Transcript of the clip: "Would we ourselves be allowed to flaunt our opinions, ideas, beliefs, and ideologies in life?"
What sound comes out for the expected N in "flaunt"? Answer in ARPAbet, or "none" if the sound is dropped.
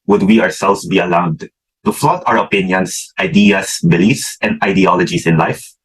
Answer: none